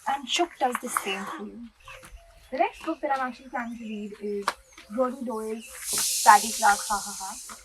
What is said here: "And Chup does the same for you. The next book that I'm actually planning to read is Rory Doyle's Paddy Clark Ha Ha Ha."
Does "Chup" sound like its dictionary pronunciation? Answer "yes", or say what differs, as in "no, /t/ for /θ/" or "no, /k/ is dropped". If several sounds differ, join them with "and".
no, /ʃ/ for /tʃ/